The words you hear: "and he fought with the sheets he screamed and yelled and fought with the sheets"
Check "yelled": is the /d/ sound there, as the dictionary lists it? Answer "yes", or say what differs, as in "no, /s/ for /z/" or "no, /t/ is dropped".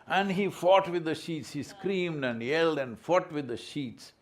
yes